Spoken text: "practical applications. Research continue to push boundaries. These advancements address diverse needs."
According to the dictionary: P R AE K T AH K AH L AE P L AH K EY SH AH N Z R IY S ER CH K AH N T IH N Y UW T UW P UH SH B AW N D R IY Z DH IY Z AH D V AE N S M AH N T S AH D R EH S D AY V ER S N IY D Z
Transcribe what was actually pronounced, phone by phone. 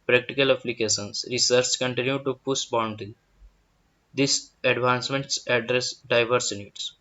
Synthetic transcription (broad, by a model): P R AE K T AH K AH L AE P L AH K EY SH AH N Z R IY S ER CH K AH N T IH N Y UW T UW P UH S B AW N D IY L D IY S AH D V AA N S M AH N T S AH D R EH S D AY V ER S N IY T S